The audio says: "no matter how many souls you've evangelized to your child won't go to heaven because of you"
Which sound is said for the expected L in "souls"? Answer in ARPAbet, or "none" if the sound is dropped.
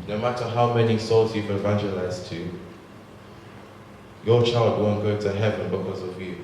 L